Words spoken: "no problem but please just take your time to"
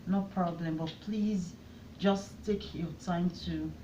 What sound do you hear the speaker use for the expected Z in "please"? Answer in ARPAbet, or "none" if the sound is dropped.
Z